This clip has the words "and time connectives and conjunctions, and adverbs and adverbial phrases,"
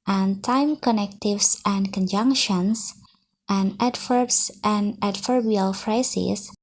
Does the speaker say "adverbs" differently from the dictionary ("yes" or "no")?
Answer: yes